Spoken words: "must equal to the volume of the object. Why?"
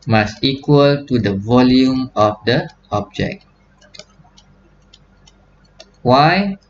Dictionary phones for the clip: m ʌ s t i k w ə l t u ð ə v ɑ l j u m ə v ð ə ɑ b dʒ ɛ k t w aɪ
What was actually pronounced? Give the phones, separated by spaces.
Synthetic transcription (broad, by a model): m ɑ s t i k w ə l t u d ə v ɑ l j u m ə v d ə ɑ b dʒ ɛ k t w aɪ